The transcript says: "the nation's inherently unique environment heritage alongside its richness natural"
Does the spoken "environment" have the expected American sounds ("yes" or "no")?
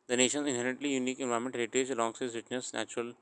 no